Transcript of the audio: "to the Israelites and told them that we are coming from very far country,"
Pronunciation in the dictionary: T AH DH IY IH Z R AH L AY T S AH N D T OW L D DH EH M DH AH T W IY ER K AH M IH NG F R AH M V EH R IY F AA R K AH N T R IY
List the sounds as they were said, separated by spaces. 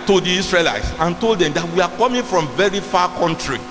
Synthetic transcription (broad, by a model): T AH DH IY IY S R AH L AY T S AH N T OW L D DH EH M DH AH T W IY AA K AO M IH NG F R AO M V EH R IY F AA K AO N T R IY